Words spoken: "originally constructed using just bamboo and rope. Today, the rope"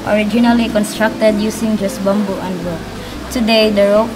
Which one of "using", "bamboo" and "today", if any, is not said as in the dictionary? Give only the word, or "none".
using